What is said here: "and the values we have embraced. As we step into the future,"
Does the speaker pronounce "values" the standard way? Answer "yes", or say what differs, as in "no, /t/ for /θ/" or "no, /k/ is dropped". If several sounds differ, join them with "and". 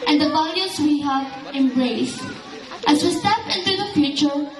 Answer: no, /s/ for /z/